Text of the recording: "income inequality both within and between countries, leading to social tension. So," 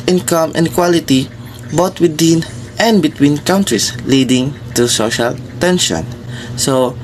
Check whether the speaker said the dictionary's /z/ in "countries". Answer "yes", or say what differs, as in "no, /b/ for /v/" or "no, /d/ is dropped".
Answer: no, /s/ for /z/